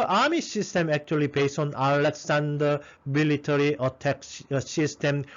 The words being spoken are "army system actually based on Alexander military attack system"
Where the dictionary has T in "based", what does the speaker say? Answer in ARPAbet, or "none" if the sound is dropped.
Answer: none